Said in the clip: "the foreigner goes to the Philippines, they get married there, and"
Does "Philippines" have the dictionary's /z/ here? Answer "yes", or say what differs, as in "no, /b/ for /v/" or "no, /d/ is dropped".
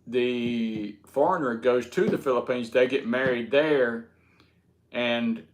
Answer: yes